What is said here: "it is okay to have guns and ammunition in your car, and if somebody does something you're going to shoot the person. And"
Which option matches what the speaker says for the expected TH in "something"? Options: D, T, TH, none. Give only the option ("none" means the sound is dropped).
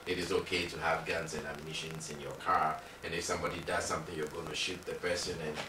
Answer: TH